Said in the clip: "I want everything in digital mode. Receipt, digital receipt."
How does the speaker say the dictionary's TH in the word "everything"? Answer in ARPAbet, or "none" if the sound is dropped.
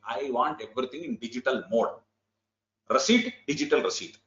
T